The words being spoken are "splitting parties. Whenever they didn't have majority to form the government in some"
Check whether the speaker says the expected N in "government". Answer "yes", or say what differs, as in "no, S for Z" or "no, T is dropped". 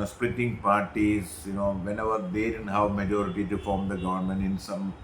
yes